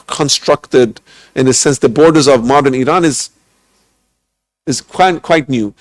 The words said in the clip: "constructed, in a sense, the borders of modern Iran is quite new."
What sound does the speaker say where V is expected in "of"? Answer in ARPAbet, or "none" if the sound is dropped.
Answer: V